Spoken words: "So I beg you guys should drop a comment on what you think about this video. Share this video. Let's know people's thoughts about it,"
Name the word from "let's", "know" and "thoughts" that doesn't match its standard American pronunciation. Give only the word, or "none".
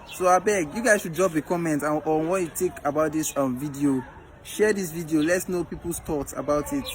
thoughts